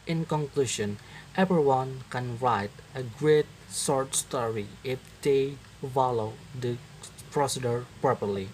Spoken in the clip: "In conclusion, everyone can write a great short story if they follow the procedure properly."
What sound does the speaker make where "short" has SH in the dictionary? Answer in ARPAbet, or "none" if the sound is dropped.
S